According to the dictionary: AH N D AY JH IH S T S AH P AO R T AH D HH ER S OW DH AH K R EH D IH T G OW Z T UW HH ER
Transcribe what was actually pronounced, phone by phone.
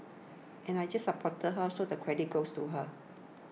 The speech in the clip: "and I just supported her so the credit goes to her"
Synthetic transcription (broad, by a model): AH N AY JH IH S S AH P AO T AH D HH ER S OW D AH K R EH D IH T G OW S T UW HH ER